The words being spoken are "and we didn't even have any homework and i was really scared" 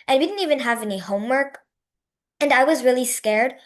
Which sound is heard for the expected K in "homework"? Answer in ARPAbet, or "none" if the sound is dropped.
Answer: K